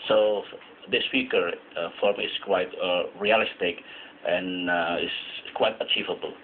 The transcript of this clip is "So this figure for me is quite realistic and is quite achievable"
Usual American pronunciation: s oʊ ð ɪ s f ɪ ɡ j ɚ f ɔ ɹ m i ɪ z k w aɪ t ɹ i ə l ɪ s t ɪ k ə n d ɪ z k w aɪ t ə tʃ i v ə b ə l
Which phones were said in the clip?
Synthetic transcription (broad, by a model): s oʊ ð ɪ s p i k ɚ f ɔ ɹ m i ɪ s k w aɪ t ɹ i ə l ɪ s t ɪ k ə n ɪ s k w aɪ t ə tʃ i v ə b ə l